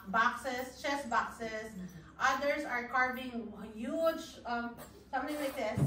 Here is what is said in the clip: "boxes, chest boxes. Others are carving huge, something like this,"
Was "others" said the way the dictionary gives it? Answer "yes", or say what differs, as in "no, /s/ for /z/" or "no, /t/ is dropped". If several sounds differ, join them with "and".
no, /s/ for /z/